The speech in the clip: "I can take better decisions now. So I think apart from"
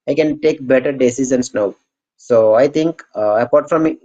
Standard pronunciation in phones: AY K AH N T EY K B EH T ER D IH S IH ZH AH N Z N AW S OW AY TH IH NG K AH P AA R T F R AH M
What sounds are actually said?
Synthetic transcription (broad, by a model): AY K AH N T EY K B EH T ER D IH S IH Z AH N S N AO S OW AY T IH NG K AH P AA R T F R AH M